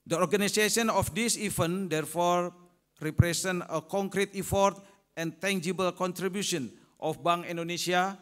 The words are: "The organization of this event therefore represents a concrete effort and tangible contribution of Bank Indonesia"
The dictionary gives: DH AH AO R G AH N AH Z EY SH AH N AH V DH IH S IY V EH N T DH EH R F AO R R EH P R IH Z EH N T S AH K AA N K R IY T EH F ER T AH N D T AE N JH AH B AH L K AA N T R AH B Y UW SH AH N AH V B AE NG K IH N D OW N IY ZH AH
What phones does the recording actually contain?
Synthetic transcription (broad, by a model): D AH AO R G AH N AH S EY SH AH N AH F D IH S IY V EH N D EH R F AO R R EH P R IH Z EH N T AH K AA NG K R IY T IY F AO T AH N T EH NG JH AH B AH L K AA N T R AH B Y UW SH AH N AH F B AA NG IY N D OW N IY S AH